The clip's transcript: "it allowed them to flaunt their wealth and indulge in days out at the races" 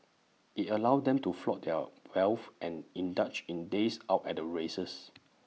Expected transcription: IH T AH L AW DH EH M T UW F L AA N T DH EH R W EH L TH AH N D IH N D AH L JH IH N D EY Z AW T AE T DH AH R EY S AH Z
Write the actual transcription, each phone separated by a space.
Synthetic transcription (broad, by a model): IH T AH L AW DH EH M T UW F L AA T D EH W EH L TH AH N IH N D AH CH IH N D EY S AW T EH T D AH R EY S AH S